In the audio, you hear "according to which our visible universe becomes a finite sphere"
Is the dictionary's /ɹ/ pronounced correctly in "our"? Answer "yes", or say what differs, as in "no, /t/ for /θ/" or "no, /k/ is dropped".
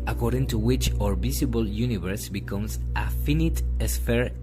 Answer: yes